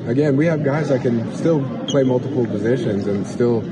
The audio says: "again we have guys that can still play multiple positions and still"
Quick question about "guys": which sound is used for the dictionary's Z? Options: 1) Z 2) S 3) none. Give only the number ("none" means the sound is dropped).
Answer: 1